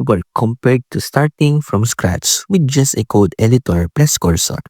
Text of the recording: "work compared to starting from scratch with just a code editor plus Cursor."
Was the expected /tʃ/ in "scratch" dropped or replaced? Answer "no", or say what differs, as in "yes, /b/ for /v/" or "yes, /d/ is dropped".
yes, /s/ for /tʃ/